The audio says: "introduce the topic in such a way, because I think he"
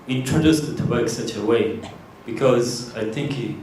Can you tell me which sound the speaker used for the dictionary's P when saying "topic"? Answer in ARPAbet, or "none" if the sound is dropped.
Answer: B